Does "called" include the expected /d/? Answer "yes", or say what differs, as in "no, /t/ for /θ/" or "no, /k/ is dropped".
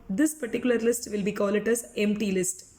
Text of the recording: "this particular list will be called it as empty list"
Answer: no, /d/ is dropped